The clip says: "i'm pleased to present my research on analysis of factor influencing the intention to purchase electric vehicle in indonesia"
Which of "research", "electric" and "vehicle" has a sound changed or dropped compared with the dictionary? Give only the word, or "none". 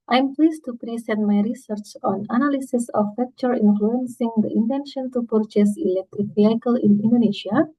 none